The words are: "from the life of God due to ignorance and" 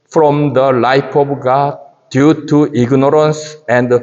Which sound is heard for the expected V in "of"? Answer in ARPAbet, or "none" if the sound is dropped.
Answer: B